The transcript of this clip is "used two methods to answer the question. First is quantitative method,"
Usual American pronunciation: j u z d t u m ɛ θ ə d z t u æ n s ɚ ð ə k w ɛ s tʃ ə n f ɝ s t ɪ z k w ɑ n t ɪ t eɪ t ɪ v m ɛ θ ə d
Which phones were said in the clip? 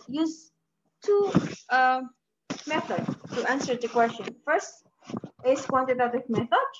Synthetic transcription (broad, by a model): j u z t u m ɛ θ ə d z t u æ n s ɚ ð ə k w ɛ s tʃ ə n f ɝ s t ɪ s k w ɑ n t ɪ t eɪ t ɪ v m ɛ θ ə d